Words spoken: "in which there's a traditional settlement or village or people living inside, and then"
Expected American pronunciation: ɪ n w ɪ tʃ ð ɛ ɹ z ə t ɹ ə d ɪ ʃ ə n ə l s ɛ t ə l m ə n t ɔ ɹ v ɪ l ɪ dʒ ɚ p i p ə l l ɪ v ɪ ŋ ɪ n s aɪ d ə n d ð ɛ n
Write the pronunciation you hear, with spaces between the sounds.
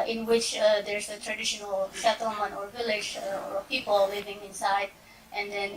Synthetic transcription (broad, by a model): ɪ n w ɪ tʃ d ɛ ɹ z ə t ɹ ə d ɪ ʃ ə n ə l ʃ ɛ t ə m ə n ɔ ɹ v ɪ l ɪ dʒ p i p ə l l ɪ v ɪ ŋ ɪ n s aɪ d ə n d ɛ n